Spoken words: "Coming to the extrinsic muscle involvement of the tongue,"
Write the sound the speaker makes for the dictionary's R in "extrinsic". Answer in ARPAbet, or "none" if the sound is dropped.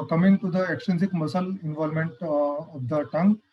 none